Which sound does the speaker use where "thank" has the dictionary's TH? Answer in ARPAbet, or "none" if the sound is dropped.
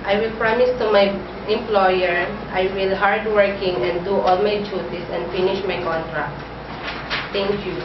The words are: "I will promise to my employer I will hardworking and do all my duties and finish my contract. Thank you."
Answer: T